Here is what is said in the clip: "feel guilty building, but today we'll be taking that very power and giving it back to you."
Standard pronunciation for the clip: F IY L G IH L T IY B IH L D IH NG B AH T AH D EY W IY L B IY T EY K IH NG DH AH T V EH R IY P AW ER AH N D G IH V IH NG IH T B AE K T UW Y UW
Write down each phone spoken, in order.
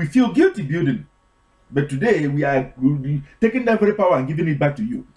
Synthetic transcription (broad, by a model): F IY L G IH L T IY B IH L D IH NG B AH T AH D EY W IY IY T EY K IH NG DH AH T V EH R IY P AW ER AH N G IH V IH NG IH T B AE K T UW Y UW